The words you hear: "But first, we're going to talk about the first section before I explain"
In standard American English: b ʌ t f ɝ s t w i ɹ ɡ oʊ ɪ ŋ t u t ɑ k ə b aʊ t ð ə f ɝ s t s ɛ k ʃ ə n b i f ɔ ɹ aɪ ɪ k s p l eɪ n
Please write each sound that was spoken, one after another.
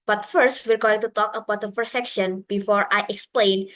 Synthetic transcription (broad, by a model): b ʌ t f ɝ s t w i ɹ ɡ oʊ ɪ ŋ t u t ɑ k ə b aʊ t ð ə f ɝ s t s ɛ k ʃ ə n b i f ɔ ɹ aɪ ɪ k s p l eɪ n